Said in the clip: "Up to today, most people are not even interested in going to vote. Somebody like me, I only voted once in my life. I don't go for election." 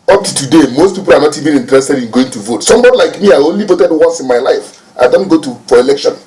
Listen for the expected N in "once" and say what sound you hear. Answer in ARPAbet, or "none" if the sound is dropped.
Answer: none